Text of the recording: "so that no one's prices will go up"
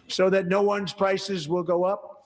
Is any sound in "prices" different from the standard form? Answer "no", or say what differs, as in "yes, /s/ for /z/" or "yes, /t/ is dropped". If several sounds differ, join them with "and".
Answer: no